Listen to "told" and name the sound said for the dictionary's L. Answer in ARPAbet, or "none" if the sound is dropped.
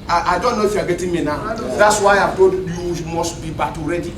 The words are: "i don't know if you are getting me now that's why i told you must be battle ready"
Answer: none